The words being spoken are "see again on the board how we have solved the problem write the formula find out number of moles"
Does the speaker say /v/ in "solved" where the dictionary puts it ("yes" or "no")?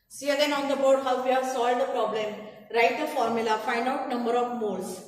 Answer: no